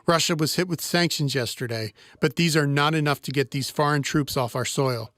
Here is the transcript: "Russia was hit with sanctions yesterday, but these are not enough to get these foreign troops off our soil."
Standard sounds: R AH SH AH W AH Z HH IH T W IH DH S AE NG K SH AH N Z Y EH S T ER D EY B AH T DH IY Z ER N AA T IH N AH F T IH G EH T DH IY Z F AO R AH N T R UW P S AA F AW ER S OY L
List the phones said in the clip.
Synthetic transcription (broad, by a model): R AH SH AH W AH Z HH IH T W IH DH S AE NG K SH AH N Z Y EH S T ER D EY B AH T DH IY Z ER N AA T IH N AH F T IH G EH T DH IY Z F AO R AH N T R UW P S AA F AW ER S OY L